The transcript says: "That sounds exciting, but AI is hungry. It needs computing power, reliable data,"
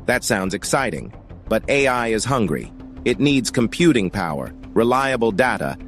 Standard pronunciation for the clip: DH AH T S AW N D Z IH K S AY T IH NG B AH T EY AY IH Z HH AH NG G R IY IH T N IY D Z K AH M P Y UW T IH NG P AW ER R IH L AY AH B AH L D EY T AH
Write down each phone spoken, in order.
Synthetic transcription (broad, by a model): DH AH T S AW N D Z IH K S AY T IH NG B AH T EY AY IH Z HH AH NG G R IY IH T N IY D Z K AH M P Y UW T IH NG P AW ER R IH L AY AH B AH L D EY T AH